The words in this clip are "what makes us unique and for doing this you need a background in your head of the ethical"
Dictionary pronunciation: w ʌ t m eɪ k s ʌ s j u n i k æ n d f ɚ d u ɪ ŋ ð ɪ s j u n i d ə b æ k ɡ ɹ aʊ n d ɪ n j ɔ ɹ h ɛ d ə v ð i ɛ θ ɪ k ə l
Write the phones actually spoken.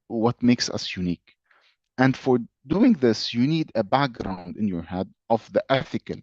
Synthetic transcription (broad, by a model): w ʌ t m eɪ k s ʌ s j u n i k æ n d f ɚ d u ɪ ŋ ð ɪ s j u n i d ə b æ k ɡ ɹ aʊ n d ɪ n j ɔ ɹ h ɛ d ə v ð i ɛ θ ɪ k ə l